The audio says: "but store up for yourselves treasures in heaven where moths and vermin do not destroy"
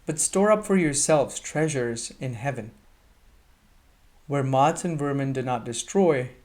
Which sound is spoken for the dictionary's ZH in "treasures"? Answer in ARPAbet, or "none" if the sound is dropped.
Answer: ZH